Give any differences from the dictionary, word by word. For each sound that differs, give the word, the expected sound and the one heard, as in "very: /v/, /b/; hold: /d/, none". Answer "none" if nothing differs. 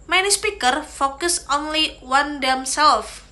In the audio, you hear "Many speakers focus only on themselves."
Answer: speakers: /z/, none